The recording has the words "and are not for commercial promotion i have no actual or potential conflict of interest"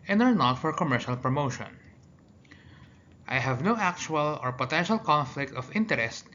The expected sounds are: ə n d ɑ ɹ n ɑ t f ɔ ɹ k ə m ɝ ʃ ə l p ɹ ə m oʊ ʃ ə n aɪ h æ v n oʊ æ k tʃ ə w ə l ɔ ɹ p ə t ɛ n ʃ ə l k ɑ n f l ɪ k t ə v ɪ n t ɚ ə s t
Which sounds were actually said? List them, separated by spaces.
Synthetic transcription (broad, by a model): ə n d ɑ ɹ n ɑ t f ɔ ɹ k ə m ɝ ʃ ə l p ɹ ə m oʊ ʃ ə n aɪ h æ v n oʊ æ k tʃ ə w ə l ɔ ɹ p ə t ɛ n ʃ ə l k ɑ n f l ɪ k t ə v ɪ n t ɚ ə s t